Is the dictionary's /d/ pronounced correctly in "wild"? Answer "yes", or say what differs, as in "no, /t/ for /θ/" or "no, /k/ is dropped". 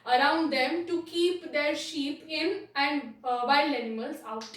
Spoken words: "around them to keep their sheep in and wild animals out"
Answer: no, /d/ is dropped